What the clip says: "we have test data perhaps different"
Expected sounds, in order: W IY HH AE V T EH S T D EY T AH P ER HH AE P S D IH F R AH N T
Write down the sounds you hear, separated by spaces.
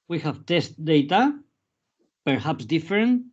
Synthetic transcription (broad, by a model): W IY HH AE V T EH S T D EY T AH P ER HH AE P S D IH F R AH N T